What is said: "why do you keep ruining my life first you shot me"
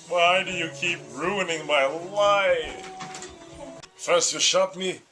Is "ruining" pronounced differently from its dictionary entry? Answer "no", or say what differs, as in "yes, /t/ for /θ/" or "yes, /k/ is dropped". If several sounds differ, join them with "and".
no